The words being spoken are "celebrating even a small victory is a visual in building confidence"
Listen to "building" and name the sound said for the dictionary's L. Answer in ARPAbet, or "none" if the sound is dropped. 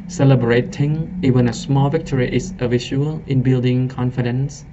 L